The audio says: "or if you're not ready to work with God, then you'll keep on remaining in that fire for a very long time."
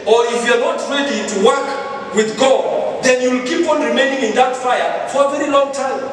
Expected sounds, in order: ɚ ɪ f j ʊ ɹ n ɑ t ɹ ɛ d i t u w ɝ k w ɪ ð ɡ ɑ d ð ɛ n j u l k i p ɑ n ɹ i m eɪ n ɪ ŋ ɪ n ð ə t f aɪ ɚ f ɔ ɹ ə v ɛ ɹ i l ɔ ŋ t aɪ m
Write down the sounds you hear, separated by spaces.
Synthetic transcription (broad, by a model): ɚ ɪ f j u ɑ n ɑ t ɹ ɛ d i t u w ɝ k w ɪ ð ɡ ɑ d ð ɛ n j u l k i p ɑ n ɹ i m eɪ n ɪ ŋ ɪ n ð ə t f aɪ ɚ f ɔ ɹ ə v ɛ ɹ i l ɔ ŋ t aɪ m